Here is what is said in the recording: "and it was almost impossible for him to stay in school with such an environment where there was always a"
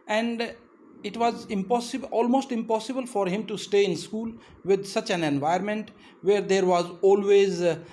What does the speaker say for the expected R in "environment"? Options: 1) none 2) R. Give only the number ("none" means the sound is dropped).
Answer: 1